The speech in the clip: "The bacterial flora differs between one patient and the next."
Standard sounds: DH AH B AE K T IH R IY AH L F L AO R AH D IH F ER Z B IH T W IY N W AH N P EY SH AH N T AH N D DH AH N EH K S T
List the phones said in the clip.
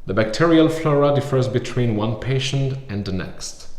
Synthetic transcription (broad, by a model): DH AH B AE K T IH R IY AH L F L AO R AH D IH F ER Z B IH T W IY N W AH N P EY SH AH N T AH N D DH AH N EH K S T